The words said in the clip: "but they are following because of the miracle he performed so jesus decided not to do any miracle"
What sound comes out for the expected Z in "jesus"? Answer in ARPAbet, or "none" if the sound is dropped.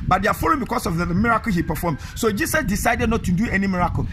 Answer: S